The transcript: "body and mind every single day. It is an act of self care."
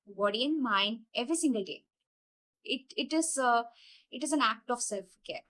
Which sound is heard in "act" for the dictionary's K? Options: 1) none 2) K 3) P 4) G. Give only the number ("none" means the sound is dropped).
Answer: 2